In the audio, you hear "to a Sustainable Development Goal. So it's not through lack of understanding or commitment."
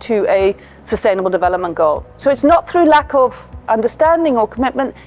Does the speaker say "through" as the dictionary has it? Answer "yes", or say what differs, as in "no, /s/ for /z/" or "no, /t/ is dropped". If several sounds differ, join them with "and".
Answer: yes